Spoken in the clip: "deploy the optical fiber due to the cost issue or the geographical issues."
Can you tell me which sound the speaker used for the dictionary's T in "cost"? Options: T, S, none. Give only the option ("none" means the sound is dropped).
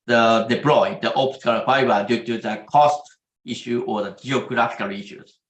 T